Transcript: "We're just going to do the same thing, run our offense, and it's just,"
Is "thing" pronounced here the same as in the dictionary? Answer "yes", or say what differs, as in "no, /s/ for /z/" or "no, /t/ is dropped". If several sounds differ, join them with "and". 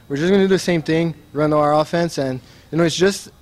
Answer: yes